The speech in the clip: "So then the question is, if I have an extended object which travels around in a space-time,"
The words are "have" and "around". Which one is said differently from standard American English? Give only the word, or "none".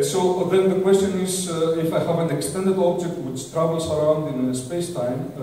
none